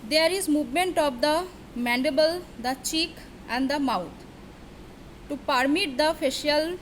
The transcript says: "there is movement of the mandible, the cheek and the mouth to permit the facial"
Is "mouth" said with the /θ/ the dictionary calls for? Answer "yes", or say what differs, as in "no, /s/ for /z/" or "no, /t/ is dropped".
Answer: no, /t/ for /θ/